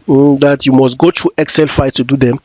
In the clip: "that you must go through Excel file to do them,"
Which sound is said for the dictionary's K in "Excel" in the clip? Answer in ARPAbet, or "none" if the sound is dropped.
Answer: K